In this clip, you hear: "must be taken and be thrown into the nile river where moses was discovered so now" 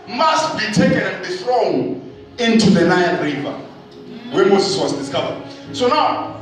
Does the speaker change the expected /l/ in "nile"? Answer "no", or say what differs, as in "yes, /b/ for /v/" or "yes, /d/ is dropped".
yes, /n/ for /l/